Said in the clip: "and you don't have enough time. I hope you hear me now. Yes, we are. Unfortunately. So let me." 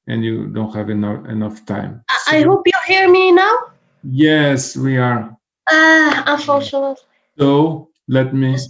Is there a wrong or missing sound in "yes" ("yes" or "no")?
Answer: no